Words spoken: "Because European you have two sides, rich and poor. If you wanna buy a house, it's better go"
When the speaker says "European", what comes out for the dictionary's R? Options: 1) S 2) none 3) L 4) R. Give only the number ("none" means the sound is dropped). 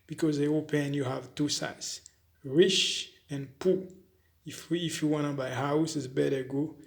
2